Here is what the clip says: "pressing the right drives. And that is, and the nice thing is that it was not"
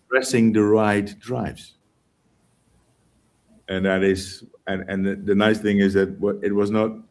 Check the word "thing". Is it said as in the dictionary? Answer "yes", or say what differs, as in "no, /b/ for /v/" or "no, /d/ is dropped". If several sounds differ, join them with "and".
yes